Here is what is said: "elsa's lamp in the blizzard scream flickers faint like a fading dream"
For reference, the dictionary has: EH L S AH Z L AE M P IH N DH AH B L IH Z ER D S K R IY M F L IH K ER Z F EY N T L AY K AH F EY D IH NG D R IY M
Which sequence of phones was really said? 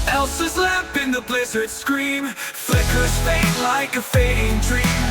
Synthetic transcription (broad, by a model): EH L S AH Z L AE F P IH N DH AH B L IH Z ER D S K R IY M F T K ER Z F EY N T L AY K AH F EY D IH NG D R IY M